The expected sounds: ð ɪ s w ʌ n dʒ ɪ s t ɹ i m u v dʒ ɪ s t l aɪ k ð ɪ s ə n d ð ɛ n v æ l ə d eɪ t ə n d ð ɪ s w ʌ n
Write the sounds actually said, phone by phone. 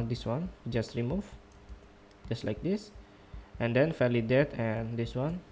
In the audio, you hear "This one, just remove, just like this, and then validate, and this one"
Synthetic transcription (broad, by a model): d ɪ s w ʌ n dʒ ɪ s t ɹ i m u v dʒ ɪ s t l aɪ k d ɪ s ə n d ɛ n f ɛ l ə d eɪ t ə n d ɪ s w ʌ n